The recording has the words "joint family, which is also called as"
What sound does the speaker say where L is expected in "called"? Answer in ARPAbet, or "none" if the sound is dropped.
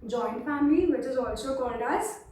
N